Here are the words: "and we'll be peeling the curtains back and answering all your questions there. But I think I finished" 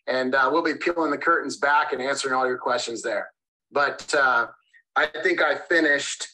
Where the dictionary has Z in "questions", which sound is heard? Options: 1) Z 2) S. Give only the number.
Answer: 1